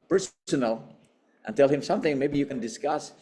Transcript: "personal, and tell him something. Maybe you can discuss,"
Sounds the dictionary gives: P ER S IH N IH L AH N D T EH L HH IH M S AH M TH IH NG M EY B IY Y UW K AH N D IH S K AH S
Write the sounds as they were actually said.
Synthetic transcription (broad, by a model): P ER S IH N L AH N T EH L HH IH M S AH M TH IH NG M EY B IY Y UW K AH N D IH S K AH S